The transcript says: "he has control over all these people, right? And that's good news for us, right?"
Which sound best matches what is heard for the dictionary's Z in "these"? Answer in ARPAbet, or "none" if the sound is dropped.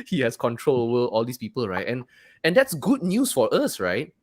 S